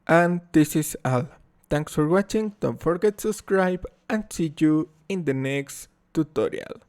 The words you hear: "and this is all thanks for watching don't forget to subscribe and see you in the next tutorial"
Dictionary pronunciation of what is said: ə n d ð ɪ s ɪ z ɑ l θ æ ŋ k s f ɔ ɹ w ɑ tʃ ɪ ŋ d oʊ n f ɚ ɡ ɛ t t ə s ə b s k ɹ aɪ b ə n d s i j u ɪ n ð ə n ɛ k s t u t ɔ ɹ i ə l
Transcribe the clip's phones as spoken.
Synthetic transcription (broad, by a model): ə n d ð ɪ s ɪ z ɑ l t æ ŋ k s f ɔ ɹ w ɑ tʃ ɪ ŋ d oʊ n f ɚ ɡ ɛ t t s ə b s k ɹ aɪ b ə n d s i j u ɪ n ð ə n ɛ k s t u t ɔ ɹ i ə l